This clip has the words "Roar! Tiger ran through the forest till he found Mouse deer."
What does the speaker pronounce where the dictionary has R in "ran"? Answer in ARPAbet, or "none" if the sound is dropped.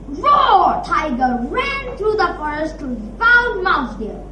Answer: R